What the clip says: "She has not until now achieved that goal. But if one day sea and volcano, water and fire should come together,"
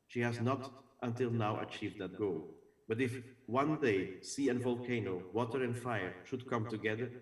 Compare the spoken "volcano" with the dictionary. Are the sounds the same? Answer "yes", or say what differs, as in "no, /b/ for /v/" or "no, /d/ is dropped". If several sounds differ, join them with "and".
yes